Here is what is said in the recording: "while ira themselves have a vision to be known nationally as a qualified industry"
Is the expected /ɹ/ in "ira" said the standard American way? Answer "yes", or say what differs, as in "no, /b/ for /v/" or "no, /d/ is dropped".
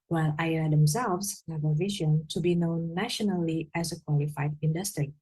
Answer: no, /ɹ/ is dropped